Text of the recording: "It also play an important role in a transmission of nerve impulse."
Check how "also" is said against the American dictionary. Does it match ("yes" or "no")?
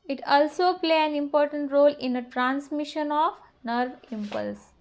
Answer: yes